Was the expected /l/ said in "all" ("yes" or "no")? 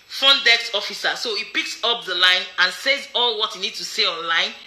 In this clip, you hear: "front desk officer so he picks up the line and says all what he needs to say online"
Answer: yes